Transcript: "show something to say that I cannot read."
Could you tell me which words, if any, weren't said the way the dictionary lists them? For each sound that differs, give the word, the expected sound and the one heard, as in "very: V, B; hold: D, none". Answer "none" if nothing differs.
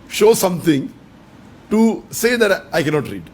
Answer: something: TH, T